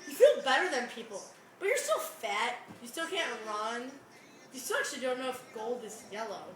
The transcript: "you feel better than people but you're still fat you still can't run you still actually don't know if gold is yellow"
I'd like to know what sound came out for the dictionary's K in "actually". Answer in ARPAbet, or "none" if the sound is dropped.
none